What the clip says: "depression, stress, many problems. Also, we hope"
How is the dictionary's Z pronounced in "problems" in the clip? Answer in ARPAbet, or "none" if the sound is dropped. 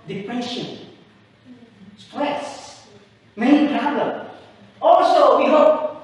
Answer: none